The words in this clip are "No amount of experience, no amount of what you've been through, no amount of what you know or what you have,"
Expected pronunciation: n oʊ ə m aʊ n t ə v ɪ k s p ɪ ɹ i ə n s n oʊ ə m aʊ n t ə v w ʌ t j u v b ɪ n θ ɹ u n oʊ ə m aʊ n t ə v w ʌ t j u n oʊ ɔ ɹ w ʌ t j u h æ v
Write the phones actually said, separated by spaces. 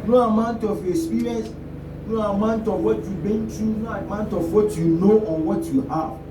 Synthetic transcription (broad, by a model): n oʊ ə m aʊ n t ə f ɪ s p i ɹ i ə n s n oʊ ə m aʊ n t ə f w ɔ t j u b ɪ n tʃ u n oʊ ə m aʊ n t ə f w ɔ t j u n oʊ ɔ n w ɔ t j u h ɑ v